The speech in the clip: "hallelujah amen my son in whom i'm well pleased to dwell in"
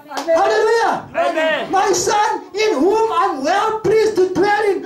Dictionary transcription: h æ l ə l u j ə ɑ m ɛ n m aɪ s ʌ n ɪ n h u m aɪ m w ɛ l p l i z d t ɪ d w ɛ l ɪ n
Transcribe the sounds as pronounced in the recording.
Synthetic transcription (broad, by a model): h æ l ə l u j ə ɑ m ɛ m aɪ s ʌ n ɪ n h u m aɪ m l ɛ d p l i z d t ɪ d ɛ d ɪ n